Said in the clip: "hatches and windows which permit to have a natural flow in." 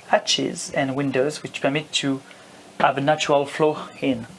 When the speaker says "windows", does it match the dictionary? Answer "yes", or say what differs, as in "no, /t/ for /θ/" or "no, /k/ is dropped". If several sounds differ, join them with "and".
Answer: yes